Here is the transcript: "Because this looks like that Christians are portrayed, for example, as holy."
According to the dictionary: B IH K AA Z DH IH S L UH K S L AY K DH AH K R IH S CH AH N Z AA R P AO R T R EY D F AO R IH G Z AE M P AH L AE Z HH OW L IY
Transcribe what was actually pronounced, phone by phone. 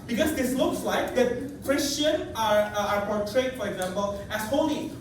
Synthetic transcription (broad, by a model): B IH K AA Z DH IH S L UH K S L AY K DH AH K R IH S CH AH N AA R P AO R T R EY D F AO R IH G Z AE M P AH L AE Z HH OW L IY